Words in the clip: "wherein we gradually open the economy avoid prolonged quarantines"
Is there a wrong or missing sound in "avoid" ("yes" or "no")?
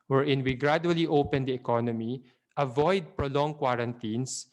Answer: no